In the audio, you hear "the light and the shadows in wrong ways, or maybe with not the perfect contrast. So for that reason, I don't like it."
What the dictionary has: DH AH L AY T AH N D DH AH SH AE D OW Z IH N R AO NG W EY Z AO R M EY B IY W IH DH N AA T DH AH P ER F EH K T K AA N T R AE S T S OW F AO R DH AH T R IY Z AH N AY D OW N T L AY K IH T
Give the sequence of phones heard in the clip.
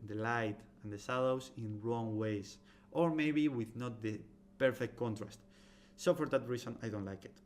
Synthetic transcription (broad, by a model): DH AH L AY T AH N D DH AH S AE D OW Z IH N R AO NG W EY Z AO R M EY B IY W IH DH N AA T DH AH P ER F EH K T K AA N T R AE S T S OW F AO R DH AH T R IY S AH N AY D OW N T L AY K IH T